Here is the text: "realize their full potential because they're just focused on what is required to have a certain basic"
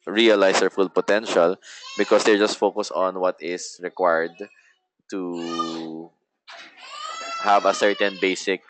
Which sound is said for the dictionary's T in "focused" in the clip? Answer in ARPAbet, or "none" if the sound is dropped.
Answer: none